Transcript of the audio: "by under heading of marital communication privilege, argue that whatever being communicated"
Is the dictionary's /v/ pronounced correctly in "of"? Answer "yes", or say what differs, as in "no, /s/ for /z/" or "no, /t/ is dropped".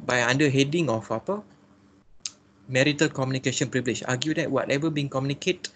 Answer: no, /p/ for /v/